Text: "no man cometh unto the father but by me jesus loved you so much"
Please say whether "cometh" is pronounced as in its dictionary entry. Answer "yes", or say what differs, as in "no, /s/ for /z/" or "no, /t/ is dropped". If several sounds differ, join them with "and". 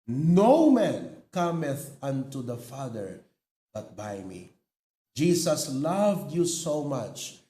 yes